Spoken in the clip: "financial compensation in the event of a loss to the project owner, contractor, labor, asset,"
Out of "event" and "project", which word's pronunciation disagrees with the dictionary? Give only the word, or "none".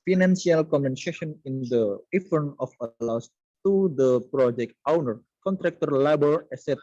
event